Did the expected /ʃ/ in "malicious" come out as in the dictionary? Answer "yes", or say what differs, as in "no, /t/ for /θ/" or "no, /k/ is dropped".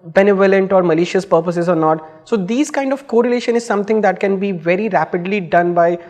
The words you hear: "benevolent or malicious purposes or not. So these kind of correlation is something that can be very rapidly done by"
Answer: yes